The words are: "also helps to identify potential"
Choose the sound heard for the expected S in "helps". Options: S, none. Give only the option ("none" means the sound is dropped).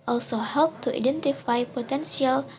none